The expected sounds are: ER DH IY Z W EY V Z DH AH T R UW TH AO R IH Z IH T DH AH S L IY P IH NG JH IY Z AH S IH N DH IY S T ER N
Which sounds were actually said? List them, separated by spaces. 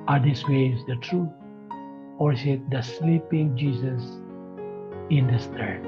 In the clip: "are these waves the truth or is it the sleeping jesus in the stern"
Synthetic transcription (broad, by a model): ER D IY S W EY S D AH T R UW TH AO R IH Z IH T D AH S L IY P IH NG JH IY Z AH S IH N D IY S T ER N